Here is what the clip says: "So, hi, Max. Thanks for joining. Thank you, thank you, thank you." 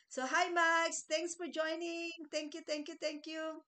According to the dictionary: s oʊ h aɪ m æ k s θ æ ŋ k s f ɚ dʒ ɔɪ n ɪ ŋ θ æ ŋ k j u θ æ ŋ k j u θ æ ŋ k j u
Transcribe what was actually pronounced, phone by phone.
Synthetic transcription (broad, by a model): s oʊ h aɪ m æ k s t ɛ ŋ k s f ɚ dʒ ɔɪ n ɪ ŋ t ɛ ŋ k j u t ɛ ŋ k j u t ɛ ŋ k j u